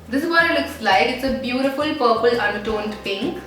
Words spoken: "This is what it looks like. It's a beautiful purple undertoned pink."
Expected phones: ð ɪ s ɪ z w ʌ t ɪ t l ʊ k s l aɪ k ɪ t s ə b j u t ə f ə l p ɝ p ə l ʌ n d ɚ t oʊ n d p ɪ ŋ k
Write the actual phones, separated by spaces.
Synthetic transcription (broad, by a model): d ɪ s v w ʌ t ɪ t l ʊ k s l aɪ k ɪ t s ə b j u t ə f ə l p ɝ p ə l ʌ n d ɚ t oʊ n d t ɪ ŋ